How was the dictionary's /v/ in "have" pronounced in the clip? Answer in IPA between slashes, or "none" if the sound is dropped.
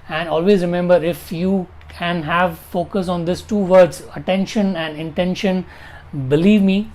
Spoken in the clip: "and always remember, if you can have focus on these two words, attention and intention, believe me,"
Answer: /v/